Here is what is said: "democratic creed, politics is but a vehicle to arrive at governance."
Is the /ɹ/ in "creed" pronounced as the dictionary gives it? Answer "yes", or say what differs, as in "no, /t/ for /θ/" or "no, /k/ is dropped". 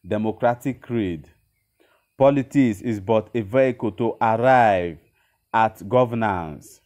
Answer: yes